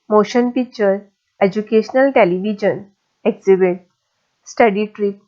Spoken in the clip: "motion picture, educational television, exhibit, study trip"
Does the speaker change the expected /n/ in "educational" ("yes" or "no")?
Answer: no